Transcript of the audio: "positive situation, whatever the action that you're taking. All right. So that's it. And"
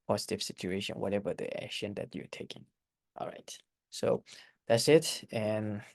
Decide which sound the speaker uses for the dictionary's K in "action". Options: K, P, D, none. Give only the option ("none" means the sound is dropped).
K